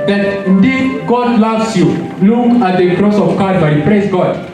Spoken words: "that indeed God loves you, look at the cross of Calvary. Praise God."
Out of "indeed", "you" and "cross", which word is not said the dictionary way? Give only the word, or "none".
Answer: none